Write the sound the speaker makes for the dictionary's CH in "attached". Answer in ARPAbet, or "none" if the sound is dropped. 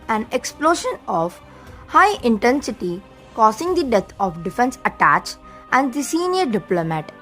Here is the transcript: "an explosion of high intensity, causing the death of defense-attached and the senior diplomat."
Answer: CH